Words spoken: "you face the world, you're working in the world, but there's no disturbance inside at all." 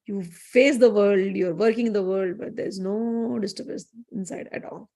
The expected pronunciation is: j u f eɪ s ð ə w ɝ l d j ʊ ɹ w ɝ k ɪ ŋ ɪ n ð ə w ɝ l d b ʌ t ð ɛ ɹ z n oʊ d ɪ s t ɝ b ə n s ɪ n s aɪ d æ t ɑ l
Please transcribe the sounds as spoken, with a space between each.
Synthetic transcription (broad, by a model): j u f eɪ s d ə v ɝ l d j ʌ ɹ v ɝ k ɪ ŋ ɪ n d ə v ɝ l d b ʌ t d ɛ ɹ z n oʊ d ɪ s t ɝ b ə s ɪ n s aɪ d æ t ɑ l